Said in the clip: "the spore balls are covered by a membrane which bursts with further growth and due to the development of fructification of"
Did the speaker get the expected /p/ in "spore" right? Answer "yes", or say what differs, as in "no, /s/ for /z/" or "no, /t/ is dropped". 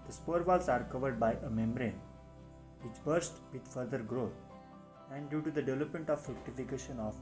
yes